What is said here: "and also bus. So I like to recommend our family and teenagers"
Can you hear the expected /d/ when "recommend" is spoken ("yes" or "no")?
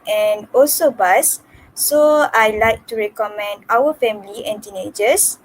yes